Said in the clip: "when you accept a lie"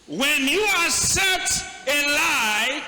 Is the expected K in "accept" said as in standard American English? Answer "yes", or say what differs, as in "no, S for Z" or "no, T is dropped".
no, K is dropped